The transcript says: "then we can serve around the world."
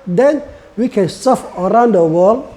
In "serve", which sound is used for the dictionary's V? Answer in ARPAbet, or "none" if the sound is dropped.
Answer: F